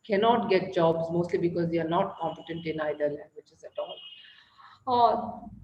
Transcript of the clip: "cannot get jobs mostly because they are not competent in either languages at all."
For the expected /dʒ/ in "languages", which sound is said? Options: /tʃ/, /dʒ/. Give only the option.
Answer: /tʃ/